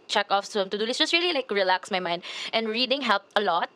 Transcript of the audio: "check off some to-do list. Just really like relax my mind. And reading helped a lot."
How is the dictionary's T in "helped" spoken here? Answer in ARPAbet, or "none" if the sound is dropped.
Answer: none